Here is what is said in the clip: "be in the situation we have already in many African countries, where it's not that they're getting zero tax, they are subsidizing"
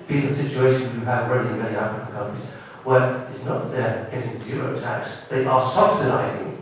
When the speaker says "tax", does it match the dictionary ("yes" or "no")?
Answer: yes